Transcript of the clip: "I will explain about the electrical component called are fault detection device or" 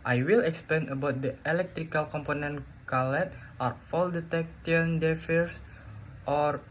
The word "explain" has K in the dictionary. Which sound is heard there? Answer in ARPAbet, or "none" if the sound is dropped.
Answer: K